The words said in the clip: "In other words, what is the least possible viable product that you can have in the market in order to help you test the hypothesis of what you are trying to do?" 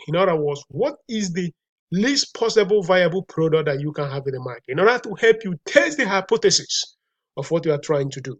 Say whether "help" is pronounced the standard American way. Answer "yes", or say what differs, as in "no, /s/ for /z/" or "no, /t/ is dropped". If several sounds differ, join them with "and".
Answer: yes